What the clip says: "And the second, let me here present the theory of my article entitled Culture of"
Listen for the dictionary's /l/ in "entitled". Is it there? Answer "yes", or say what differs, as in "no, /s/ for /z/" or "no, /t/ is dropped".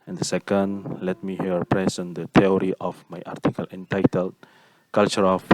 yes